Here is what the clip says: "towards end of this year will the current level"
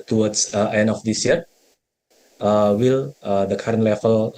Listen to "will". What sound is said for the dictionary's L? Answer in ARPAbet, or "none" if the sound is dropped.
L